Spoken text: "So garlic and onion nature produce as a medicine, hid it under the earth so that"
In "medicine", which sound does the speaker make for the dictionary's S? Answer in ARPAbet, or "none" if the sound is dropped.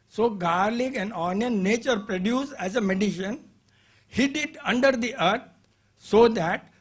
SH